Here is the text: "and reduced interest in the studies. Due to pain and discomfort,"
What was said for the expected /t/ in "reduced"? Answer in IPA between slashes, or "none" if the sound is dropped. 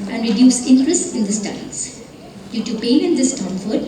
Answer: none